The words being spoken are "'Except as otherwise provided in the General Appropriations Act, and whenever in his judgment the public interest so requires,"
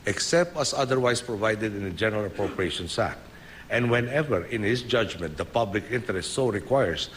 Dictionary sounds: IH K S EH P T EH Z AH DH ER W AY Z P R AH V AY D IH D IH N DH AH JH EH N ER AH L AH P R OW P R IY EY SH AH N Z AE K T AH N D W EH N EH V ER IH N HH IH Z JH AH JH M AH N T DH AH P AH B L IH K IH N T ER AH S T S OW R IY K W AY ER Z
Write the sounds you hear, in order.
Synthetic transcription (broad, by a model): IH K S EH P T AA S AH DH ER W AY S P R AH V AY D IH D IH N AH JH EH N ER AH L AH P R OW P R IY EY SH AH N S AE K T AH N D W EH N EH V ER IH N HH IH S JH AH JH M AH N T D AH P AH B L IH K IH N T ER AH S T S OW R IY K W AY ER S